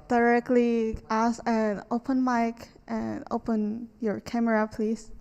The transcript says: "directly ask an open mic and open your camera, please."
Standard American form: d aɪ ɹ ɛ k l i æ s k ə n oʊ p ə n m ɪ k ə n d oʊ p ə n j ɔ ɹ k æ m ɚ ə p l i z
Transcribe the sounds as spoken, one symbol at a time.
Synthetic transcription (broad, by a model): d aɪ ɹ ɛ k l i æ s ə n oʊ p ə n m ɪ k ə n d oʊ p ə n j ɔ ɹ k æ m ɚ ə p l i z